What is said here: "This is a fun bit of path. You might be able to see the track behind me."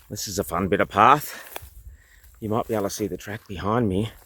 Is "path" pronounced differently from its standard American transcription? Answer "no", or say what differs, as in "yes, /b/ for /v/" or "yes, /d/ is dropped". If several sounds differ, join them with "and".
no